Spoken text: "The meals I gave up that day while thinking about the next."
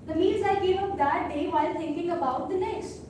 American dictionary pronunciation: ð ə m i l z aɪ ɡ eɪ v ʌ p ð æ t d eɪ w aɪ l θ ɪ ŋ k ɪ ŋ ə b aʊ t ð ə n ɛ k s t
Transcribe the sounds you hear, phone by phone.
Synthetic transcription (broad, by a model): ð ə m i z aɪ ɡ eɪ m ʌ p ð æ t d eɪ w aɪ l t ɪ ŋ k ɪ ŋ ə b aʊ t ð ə n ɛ k s t